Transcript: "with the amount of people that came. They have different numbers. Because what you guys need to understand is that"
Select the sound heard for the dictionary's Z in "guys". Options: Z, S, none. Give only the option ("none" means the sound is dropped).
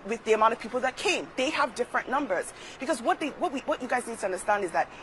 Z